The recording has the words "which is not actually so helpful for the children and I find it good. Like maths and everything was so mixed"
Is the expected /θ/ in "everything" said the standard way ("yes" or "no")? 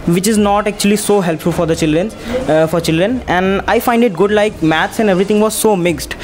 no